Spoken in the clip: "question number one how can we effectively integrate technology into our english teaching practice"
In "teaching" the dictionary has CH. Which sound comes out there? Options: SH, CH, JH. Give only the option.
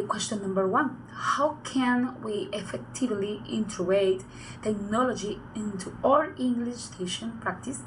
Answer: SH